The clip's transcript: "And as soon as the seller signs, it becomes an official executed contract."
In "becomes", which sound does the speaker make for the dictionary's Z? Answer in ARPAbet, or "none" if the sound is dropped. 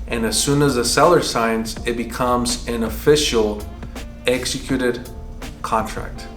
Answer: Z